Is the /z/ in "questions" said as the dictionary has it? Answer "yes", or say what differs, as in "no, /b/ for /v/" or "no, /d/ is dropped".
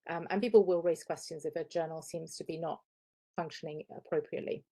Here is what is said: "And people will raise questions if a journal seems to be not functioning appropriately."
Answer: yes